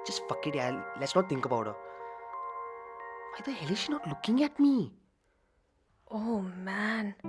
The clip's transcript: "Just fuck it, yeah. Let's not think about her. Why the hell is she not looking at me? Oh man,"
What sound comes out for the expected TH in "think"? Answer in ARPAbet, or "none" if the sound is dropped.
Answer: T